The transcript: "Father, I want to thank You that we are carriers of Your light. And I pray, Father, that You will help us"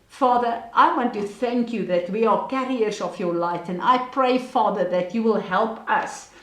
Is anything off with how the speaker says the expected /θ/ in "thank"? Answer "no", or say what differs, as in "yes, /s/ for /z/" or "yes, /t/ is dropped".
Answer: no